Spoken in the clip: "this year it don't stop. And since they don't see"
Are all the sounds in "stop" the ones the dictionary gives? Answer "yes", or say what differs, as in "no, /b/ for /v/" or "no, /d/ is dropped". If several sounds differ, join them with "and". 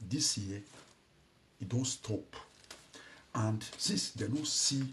yes